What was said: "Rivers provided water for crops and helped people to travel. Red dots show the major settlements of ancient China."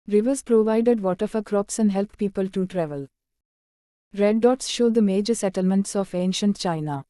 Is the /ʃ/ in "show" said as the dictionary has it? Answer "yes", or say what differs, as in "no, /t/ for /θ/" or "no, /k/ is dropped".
yes